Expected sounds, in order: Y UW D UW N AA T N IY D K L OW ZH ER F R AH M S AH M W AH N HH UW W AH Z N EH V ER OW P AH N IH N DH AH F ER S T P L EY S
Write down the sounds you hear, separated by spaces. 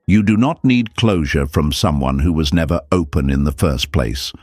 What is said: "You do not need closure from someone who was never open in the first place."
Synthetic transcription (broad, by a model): Y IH D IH N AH T N IY D K L OW ZH ER F R AH M S AH M W AH N HH UW W AH Z N EH V ER OW P AH N IH N DH AH F ER S P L EY S